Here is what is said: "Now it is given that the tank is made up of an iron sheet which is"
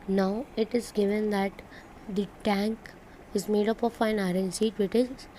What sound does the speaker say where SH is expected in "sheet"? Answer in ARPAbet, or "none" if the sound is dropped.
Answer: S